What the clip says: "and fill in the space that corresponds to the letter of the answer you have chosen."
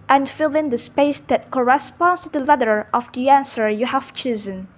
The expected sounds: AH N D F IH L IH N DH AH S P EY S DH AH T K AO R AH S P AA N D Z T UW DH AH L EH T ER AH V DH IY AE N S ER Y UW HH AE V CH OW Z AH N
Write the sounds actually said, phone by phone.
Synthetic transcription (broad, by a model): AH N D F IH L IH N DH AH S P EY S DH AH T K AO R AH S P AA N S T UW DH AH L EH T ER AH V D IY AE N S ER Y UW HH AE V CH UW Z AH N